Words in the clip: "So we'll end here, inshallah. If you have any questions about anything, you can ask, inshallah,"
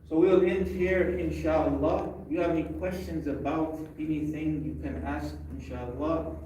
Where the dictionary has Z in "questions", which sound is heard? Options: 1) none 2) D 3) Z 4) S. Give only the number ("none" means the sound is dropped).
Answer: 3